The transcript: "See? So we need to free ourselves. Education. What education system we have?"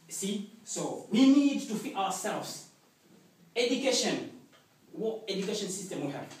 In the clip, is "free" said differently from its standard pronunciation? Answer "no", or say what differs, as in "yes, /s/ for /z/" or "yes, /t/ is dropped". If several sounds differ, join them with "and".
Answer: yes, /ɹ/ is dropped